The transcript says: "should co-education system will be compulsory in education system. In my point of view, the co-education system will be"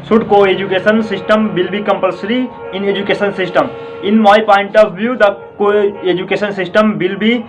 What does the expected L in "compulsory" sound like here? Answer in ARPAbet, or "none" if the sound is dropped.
L